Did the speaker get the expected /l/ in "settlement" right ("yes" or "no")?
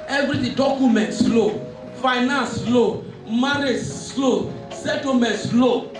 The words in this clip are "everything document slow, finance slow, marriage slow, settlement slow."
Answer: no